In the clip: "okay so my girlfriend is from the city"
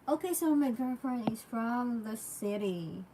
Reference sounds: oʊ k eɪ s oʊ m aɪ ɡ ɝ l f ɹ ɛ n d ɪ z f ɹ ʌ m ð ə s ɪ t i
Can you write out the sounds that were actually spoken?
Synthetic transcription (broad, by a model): oʊ k eɪ s oʊ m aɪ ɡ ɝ f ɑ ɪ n ɪ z f ɹ ʌ m ð ə s ɪ t i